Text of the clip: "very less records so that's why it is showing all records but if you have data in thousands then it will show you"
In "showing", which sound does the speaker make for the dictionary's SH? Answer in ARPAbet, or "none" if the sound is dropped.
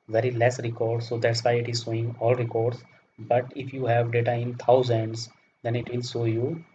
S